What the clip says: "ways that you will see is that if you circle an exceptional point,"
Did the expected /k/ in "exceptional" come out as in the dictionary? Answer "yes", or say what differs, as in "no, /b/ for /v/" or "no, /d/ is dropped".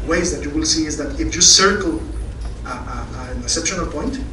no, /k/ is dropped